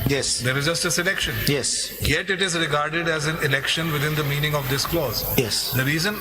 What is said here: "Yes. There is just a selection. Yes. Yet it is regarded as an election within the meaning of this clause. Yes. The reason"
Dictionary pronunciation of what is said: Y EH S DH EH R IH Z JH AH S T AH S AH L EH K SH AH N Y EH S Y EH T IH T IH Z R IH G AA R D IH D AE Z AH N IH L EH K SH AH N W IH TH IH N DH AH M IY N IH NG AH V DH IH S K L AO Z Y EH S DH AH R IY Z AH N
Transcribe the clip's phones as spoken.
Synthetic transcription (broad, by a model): Y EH S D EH R IH Z JH AH S T AH S AH L EH K SH AH N Y EH S Y EH T IH T IH Z R IH G AA R D IH D AE Z AH N IH L EH K SH AH N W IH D IH N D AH M IY N IH NG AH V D IH S K L AO Z Y EH S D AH R IY Z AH N